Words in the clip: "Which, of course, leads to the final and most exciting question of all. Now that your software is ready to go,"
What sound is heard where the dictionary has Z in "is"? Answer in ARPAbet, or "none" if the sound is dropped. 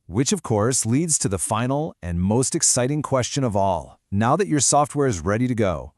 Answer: Z